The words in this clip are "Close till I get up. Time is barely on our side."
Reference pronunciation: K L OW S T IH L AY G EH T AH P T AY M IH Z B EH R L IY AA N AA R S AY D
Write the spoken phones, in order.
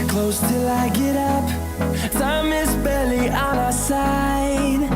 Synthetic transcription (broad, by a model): K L OW S T IH L AY G EH T AH P S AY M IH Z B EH L IY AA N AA S AY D